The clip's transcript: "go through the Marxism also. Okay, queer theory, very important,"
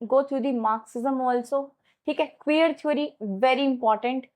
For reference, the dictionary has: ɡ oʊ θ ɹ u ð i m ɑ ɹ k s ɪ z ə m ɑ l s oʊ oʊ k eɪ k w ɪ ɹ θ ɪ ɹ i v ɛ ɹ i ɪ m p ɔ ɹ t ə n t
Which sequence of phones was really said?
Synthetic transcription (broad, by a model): ɡ oʊ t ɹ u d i m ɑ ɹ k s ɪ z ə m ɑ l s oʊ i k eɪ k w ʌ ɹ t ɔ ɹ i v ɛ ɹ i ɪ m p ɔ ɹ t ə n t